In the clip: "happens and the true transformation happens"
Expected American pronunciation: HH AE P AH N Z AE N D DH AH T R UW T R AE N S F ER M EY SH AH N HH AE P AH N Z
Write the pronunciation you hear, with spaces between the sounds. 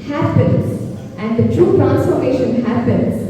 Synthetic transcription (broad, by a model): HH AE P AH N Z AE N D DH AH T R UW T R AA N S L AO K EY SH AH N HH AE P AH N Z